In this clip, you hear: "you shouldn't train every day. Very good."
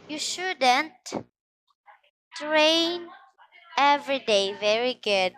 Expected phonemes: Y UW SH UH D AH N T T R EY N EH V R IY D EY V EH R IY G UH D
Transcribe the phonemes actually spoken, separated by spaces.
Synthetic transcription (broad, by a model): Y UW SH UH D AH N T T R EY N EH V R IY D EY V EH R IY G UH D